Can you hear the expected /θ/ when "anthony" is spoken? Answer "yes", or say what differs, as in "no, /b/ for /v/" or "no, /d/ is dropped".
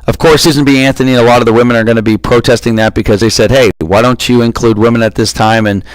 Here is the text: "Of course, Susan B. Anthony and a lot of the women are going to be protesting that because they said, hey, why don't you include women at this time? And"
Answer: yes